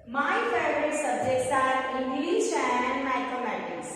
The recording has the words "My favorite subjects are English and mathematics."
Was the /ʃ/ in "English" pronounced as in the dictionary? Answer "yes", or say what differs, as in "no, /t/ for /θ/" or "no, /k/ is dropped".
no, /s/ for /ʃ/